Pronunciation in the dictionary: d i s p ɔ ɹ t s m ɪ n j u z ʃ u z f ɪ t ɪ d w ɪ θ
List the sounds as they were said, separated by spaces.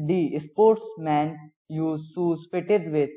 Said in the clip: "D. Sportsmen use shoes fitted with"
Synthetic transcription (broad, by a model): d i s p ɔ ɹ t s m ɪ n j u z s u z f ɪ t ɪ d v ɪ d